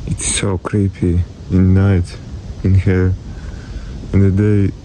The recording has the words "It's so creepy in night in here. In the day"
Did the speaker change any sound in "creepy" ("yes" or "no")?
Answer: no